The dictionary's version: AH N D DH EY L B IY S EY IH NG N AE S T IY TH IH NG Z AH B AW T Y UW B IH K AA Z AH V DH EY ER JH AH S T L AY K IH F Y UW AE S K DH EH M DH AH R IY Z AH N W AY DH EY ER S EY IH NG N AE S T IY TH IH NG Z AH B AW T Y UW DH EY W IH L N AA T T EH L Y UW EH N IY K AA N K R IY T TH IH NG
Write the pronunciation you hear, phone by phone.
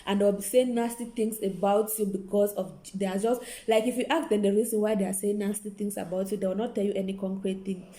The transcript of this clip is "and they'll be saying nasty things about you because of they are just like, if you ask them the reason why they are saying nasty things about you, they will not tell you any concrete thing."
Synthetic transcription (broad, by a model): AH N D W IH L B IY S EY IH NG N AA S T IY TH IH NG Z AH B AW T Y UW B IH K AA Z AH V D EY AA JH AH S T L AY K IH F Y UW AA K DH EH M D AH R IY Z AH N W AY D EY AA S EY IH NG N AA S T IY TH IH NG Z AH B AW T Y UW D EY W IH L N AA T T EH L Y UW EH N IY K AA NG K R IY T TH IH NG